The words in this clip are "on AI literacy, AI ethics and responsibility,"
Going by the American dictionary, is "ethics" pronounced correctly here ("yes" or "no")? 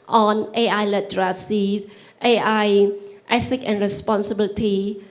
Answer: no